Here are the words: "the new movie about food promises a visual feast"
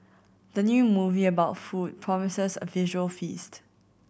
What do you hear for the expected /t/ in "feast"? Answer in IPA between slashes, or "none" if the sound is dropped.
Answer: /t/